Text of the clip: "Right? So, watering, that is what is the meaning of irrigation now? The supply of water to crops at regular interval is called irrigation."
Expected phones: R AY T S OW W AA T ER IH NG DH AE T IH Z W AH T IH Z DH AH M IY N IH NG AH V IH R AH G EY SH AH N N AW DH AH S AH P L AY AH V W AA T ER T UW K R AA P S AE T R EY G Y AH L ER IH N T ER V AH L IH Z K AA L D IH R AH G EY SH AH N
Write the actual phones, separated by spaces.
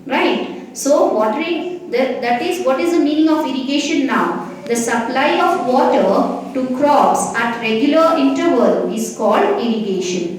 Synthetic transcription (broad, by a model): R AY T S OW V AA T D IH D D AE T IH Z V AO T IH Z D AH M IY N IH NG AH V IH R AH G EY SH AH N N AW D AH S AH P L AY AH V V AA T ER T UW K R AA S AE T R EY G Y AH L ER IH N T ER V AH L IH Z K AA L D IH R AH G EY SH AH N